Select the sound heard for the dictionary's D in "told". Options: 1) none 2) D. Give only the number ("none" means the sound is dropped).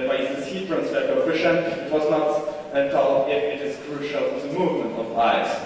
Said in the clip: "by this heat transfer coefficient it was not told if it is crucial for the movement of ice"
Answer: 1